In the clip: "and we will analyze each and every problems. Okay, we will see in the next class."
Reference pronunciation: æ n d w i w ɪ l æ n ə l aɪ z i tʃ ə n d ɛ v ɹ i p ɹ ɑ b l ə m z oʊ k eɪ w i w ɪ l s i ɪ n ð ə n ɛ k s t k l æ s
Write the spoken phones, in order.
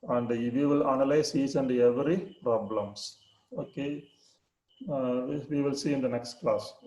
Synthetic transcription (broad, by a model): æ n d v i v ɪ l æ n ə l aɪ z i s ə n d ɛ v ɹ i p ɹ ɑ b l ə m s oʊ k eɪ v i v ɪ l s i ɪ n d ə n ɛ k s t k l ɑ s